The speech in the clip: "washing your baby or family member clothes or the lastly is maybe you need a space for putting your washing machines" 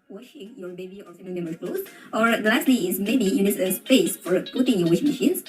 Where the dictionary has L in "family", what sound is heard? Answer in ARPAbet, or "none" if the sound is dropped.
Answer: none